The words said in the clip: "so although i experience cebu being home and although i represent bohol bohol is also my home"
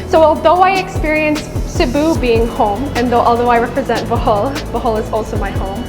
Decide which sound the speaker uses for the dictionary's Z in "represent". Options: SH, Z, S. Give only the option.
Z